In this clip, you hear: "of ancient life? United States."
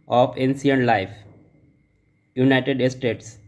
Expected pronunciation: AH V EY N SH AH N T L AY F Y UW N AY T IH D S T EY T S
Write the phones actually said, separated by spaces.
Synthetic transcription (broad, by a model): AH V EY N S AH N L AY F Y UW N AY T IH D S T EY T S